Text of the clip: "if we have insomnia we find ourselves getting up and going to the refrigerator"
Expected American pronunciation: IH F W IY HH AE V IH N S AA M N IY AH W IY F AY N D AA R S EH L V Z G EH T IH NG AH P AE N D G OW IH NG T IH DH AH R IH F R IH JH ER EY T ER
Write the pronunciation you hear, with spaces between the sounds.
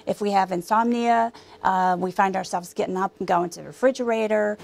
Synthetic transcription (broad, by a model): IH F W IY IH V IH N S AA M N IY AH W IY F AY N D AA R S EH L V Z G EH T IH NG AH P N G OW IH NG T IH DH R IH F R IH JH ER EY T ER